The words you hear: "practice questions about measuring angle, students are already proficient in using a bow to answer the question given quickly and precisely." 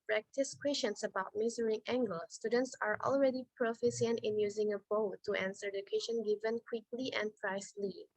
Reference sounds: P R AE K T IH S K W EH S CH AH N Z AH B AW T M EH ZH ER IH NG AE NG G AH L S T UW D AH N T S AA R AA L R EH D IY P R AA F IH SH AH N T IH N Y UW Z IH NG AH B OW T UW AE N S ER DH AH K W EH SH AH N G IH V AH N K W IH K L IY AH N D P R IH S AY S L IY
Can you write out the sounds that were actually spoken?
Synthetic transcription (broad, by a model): P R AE K T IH S K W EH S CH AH N S AH B AW T M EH Z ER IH NG AE NG G AH L S T UW D AH N T S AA R AA L R EH D IY P R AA F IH S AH N T IH N Y UW Z IH NG AH B OW T UW AE N S ER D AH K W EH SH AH N G IH V AH N K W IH K L IY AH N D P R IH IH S L IY